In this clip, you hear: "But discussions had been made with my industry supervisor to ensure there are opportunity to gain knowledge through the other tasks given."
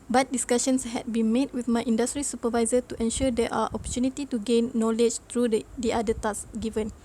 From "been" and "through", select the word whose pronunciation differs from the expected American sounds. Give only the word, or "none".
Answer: through